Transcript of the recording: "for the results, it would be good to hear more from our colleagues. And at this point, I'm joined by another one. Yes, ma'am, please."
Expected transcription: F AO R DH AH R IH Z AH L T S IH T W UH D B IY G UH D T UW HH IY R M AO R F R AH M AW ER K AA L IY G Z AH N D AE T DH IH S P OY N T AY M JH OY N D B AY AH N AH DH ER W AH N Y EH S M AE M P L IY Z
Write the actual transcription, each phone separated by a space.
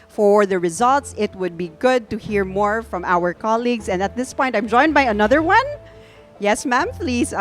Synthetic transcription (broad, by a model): F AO R DH AH R IH Z AH L T S IH T W UH D B IY G UH D T UW HH IY R M AO R F R AH M AW ER K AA L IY G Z AH N D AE T DH IH S P OY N T AY M JH OY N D B AY AH N AH DH ER W AH N Y EH S M AE M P L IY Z